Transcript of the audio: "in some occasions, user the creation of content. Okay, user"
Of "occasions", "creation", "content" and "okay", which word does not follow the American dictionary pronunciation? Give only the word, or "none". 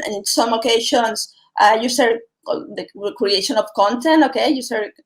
occasions